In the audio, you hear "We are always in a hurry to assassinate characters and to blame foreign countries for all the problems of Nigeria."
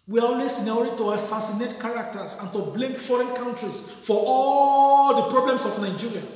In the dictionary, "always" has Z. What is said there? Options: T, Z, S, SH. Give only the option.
S